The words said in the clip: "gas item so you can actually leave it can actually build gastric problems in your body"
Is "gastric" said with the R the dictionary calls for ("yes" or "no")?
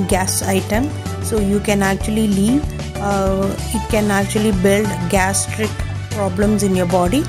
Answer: yes